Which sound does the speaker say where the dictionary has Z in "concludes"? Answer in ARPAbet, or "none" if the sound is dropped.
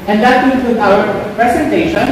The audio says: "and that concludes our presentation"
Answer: none